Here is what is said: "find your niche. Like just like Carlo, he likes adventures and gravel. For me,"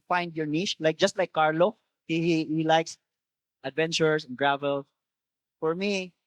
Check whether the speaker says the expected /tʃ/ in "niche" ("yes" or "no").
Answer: no